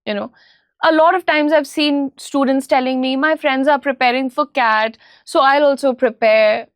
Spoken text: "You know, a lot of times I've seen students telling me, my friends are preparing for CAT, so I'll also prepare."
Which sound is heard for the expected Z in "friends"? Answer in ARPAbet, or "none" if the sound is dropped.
Z